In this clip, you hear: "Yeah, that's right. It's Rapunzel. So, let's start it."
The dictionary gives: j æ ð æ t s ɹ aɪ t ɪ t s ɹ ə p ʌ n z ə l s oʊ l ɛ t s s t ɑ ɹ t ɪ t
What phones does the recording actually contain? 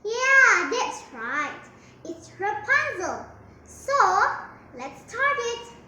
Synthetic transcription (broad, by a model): j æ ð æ t s ɹ aɪ t ɪ t s ɹ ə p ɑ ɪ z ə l s oʊ l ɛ t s s t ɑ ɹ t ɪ t